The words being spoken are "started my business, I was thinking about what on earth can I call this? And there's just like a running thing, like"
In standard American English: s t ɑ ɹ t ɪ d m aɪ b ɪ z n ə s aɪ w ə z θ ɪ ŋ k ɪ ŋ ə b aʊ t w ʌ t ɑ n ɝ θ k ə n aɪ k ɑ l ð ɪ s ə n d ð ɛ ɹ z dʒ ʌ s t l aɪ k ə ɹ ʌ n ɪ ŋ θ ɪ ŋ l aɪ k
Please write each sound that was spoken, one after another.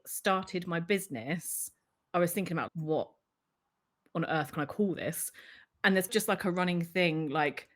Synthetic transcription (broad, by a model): s t ɑ t ɪ d m aɪ b ɪ z n ə s aɪ w ə z θ ɪ ŋ k ɪ ŋ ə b aʊ w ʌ t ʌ n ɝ θ k ə n aɪ k ɑ l ð ɪ s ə n ð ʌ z dʒ ʌ s t l aɪ k ə ɹ ʌ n ɪ ŋ θ ɪ ŋ l aɪ k